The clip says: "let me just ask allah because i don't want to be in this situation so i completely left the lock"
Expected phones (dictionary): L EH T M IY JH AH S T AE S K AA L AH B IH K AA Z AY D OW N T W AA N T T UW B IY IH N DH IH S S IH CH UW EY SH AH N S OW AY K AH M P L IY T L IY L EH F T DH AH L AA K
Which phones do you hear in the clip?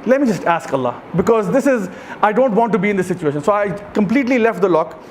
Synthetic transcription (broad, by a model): L EH T M IY JH AH S T AE S K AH L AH B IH K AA Z AY D OW N T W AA N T T UW B IY IH N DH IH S S IH CH UW EY SH AH N S OW AY K AH M P L IY T L IY L EH F T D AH L AA K